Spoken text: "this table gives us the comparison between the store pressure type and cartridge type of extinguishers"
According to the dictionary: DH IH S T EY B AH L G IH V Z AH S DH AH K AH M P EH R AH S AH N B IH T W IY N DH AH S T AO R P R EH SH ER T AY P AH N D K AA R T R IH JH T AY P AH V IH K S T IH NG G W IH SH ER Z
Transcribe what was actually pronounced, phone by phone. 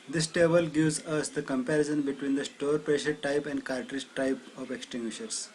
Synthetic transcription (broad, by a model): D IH S T EY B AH L G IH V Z AH S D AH K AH M P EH R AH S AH N B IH T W IY N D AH S T AO R P R EH SH ER T AY P AH N D K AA R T R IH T T AY P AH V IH K S T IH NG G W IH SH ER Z